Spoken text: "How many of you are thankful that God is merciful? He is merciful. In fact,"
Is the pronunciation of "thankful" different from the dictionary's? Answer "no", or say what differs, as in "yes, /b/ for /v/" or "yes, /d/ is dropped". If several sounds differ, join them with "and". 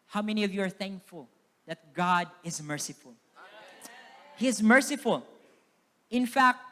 no